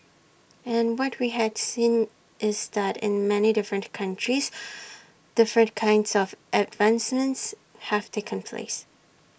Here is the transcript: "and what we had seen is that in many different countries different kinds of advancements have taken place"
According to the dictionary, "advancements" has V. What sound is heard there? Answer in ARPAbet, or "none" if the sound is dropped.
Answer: V